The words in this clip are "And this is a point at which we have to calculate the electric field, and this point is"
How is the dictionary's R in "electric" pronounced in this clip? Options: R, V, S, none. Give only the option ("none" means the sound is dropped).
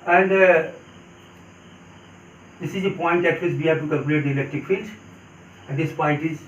none